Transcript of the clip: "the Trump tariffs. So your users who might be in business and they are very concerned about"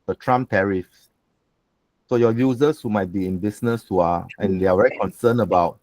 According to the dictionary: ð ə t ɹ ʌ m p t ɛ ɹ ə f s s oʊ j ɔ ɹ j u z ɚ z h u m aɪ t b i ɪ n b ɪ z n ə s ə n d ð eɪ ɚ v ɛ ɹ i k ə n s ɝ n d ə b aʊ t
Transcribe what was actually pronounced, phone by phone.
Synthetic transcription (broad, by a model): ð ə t ɹ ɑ m t ɛ ɹ ə f s s oʊ j ɔ j u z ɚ s h u m aɪ t b i ɪ n b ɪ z n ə s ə n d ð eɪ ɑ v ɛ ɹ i k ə n s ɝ n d ə b aʊ t